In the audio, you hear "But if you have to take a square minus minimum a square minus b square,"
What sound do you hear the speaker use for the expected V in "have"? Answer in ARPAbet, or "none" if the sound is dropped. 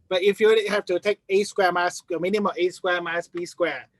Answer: F